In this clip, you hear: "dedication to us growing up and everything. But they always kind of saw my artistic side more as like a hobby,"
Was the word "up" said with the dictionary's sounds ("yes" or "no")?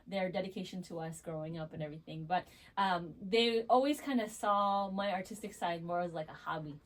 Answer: yes